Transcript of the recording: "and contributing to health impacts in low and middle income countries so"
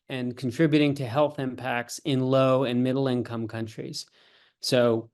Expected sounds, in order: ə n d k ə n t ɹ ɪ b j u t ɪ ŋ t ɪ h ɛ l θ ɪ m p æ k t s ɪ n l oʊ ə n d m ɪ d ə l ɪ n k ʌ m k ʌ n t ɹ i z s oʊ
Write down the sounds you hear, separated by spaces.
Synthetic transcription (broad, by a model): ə n k n t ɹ ɪ b j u t ɪ ŋ t ɪ h ɛ l θ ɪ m p æ k t s ɪ n l oʊ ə n m ɪ d l ɪ n k ʌ m k ʌ n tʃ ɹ i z s oʊ